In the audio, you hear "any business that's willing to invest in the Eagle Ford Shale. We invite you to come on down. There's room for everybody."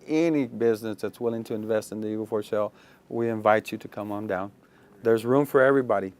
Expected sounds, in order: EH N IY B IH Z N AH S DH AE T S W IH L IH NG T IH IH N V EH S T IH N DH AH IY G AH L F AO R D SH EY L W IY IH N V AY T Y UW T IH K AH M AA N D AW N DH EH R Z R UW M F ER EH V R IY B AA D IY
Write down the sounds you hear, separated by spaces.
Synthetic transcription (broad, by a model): EH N IY B IH Z N AH S DH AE T S W IH L IH NG T IH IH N V EH S T IH N DH AH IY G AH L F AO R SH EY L W IY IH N V AY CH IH T IH K AH M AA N D AW N DH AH R Z R UW M F ER EH V R IY B AA D IY